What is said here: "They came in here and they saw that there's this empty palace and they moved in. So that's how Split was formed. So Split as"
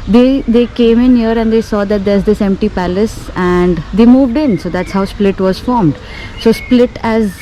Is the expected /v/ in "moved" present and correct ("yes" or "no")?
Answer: yes